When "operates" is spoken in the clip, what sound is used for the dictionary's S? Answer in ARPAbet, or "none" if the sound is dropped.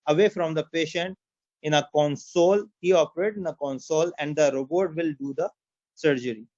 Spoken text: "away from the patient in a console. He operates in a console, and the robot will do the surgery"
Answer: none